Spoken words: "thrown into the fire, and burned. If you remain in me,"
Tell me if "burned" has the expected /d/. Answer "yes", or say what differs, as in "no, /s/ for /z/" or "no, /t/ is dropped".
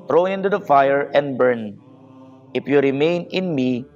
no, /d/ is dropped